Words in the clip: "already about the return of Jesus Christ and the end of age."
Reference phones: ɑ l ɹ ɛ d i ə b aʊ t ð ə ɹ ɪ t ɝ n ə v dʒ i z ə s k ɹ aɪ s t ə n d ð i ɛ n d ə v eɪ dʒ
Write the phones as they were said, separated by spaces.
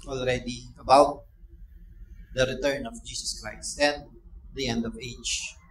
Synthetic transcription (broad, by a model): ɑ l ɹ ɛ d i ə b aʊ t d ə ɹ ɪ t ɝ n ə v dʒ i s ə s k ɹ aɪ s t ə n d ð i ɛ n d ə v eɪ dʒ